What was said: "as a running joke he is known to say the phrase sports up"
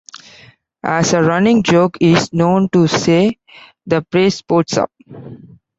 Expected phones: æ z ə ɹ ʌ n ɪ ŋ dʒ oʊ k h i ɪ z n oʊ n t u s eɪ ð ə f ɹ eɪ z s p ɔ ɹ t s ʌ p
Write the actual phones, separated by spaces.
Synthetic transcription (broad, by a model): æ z ə ɹ ʌ n ɪ ŋ dʒ oʊ k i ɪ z n oʊ n t u s eɪ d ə p ɹ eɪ s p ɔ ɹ t s ʌ p